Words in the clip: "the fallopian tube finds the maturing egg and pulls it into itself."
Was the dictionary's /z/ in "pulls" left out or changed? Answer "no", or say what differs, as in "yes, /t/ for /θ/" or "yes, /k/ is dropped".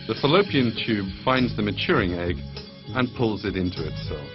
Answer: no